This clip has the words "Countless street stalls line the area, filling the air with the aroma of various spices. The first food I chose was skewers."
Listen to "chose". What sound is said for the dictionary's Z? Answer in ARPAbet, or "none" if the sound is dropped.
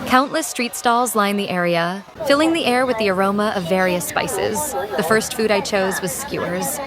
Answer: Z